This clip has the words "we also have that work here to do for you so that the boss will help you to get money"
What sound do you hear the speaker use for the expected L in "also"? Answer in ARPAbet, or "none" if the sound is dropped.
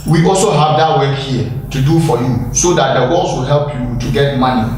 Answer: L